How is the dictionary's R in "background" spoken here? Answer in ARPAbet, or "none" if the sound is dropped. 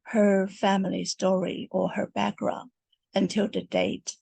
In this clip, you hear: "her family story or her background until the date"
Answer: R